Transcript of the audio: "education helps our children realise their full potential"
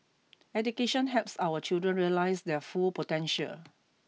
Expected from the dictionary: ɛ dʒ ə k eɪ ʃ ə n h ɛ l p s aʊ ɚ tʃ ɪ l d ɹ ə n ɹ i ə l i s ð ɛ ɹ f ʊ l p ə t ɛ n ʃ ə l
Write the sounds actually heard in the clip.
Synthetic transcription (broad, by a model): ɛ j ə k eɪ ʃ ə n h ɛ p s aʊ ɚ tʃ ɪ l d ɹ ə n ɹ i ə l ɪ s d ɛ f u l p ə t ɛ n ʃ ə l